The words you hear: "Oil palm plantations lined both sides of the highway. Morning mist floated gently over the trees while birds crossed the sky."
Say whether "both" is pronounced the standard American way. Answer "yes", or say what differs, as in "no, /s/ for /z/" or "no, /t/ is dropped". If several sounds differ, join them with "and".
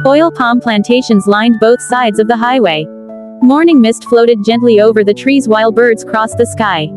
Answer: yes